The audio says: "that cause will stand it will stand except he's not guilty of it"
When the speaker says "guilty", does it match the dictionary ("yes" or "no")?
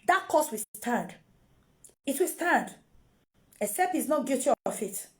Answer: no